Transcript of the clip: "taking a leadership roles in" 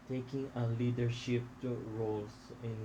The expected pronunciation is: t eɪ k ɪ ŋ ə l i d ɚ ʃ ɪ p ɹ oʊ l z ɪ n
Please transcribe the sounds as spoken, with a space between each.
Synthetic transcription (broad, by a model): t eɪ k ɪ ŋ ə l i d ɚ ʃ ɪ p ɹ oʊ l s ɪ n